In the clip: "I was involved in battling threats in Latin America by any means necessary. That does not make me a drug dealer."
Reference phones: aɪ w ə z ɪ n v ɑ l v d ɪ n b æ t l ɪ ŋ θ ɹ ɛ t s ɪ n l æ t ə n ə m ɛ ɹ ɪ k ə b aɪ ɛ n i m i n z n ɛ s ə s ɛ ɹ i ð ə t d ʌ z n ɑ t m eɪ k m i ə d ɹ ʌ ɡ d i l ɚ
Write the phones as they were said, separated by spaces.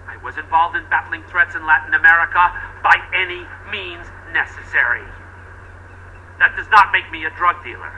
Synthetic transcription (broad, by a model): aɪ w ə z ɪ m v ɑ l v d ɪ n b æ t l ɪ ŋ θ ɹ ɛ t s ɪ n l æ t n ə m ɛ ɹ ɪ k ə b aɪ ɛ n i m i n z n ɛ s ə s ɛ ɹ i ð ə t d ʌ z n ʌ t m eɪ k m i ə d ɹ ʌ ɡ d i l ɚ